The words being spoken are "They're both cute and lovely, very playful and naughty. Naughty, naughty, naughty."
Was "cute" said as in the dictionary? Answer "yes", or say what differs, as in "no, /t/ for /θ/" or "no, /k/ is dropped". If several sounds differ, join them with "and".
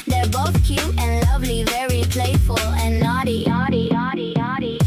no, /t/ is dropped